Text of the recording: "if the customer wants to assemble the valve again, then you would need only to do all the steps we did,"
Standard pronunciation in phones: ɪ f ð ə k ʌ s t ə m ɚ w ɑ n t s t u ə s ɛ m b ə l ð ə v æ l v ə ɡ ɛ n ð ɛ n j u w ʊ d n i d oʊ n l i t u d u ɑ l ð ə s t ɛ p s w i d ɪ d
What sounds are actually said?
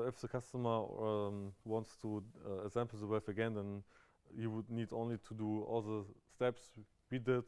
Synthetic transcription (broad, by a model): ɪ f ð ə k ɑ s t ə m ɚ w ɑ n t s t u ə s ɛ m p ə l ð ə w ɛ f ə ɡ ɛ n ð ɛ n j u w ʊ d n i d oʊ n l i t u d u ɑ l ð ə s t ɛ p s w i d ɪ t